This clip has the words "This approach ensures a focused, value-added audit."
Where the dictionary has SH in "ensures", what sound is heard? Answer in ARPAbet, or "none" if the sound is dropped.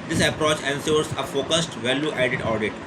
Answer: S